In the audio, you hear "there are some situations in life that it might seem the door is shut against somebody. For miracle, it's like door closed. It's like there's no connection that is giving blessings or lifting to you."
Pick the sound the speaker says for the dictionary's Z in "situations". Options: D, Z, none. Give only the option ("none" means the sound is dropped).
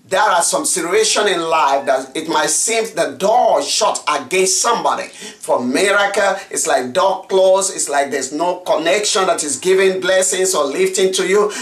none